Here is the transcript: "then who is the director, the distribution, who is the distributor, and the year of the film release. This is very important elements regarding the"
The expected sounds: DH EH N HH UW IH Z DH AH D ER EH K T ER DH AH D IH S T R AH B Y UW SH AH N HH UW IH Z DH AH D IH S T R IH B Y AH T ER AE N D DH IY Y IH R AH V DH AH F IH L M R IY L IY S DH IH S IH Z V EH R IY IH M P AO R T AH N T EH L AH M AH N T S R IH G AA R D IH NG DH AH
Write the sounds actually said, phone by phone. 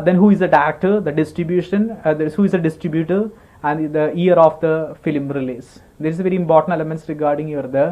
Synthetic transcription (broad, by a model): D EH N HH UW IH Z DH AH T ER K T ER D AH D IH S T R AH B Y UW SH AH N HH UW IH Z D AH D IH S T R IH B Y AH T ER AE N D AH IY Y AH R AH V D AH F IH L M R IY L IY S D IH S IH V EH R IY IH M P AO R T AH N T EH L AH M AH N T S R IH G AA R D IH NG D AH